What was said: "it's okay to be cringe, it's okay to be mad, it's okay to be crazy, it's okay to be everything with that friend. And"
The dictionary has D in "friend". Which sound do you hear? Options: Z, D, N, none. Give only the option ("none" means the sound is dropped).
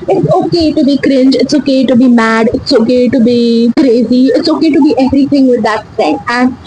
none